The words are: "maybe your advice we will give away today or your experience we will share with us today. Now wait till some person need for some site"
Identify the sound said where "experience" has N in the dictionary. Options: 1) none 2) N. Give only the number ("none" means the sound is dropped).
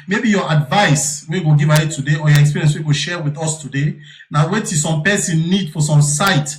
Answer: 1